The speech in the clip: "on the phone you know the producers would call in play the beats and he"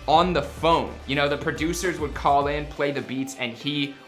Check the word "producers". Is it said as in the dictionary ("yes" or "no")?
yes